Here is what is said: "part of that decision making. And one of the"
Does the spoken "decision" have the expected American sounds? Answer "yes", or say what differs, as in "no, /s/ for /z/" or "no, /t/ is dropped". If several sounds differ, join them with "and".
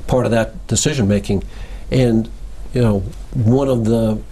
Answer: yes